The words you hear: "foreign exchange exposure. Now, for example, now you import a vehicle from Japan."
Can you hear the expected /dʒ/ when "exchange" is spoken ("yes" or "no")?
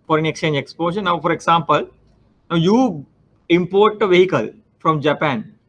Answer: yes